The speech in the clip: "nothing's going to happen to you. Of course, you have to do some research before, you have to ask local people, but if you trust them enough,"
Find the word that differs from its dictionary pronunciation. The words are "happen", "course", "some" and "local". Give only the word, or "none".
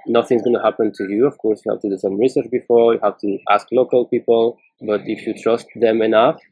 none